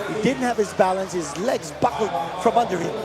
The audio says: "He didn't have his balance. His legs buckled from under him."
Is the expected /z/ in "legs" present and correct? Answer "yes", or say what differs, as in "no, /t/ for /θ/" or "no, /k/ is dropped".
yes